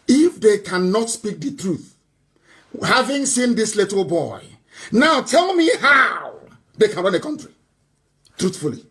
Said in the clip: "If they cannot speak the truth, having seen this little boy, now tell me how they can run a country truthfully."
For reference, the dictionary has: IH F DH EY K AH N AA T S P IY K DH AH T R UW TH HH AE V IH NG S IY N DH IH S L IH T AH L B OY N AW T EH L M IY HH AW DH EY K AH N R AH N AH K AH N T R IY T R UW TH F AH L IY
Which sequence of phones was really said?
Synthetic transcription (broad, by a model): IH F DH EY K AH N AA T S P IY K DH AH T R UW TH HH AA V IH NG S IY N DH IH S L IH T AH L B OY N AW T EH L M IY HH AW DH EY K AH N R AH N AH K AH N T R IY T R UW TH F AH L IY